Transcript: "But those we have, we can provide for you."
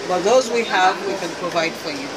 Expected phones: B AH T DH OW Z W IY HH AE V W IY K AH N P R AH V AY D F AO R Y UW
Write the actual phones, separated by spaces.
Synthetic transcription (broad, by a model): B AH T DH OW Z W IY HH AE V W IY K AH N P R AH V AY D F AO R Y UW